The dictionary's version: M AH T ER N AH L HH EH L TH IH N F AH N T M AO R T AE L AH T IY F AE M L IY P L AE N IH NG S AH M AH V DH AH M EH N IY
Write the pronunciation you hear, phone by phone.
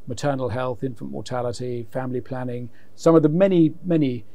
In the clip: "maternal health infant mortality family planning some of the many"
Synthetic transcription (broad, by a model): M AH T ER N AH L HH EH L TH IH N F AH N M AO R T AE L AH T IY F AE M L IY P L AE N IH NG S AH M AH V DH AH M EH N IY